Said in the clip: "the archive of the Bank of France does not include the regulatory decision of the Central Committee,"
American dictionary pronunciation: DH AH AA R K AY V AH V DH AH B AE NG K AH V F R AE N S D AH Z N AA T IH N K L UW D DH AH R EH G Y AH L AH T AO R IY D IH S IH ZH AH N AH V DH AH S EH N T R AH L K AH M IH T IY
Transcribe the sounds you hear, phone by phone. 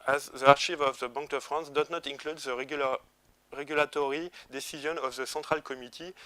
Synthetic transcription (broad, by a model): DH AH AA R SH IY V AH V DH AH B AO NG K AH F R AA N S D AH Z N AA T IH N K L UW D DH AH R EH G Y AH L AH T AO R IY D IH S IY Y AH N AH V DH AH S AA T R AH L K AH M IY T IY